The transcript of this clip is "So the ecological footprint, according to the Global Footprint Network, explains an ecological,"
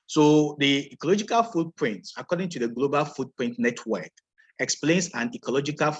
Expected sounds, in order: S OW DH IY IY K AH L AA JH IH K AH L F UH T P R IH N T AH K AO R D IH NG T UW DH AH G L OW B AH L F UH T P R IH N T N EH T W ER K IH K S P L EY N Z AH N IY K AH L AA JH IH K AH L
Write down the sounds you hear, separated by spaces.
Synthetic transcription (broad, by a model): S OW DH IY IY K AH L AA JH IH K AH L F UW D P R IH N T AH K AO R D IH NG T UW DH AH G L OW B AH L F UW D P R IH N T N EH T W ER K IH K S P L EY N S AH N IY K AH L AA JH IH K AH L